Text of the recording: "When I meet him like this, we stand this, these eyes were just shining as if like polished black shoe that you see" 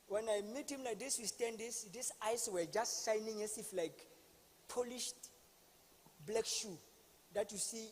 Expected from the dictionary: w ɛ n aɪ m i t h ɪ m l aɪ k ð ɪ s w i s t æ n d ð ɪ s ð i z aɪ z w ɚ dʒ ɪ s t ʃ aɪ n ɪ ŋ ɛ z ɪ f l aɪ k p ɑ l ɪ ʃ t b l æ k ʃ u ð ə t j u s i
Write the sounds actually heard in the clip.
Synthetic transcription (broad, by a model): w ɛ n aɪ m i t h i m l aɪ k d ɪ s w i s t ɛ n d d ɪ s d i s aɪ s w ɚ dʒ ɪ s t ʃ aɪ n ɪ ŋ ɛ s ɪ f l aɪ k p ɑ l ɪ ʃ t b l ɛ k ʃ u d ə t j u s i